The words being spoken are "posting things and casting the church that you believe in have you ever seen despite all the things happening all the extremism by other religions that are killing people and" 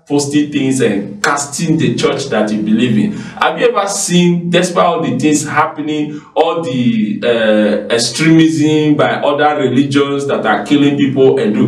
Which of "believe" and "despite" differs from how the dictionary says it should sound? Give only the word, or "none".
despite